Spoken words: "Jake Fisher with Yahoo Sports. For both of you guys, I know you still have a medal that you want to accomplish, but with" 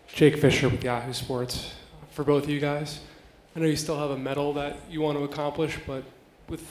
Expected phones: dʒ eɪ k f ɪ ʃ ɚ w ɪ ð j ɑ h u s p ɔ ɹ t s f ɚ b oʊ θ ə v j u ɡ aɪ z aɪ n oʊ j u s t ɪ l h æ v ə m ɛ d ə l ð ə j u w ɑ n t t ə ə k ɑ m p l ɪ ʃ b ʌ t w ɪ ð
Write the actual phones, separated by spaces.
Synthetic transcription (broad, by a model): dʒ eɪ k f ɪ ʃ ɚ w ɪ ð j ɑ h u s p ɔ ɹ t s f ɚ b oʊ θ ə v j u ɡ aɪ z aɪ n oʊ j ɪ s t ɪ l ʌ v ə m ɛ d l ð ə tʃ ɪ w ɑ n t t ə ə k ɑ m p l ɪ ʃ b ʌ t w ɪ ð